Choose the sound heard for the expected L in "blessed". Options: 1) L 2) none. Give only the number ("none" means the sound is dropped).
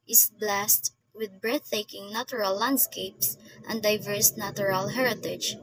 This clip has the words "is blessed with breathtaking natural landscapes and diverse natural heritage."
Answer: 1